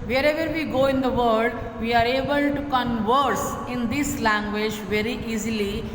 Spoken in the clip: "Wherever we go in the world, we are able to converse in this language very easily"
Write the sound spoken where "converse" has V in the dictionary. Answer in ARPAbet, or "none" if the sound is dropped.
V